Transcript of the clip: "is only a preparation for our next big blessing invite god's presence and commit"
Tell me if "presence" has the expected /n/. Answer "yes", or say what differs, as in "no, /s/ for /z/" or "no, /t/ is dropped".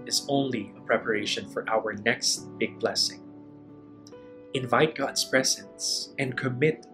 yes